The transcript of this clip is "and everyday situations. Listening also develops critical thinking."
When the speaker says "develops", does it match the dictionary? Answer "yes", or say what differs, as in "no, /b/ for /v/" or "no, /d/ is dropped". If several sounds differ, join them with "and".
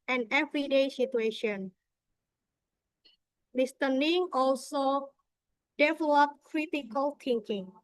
no, /s/ is dropped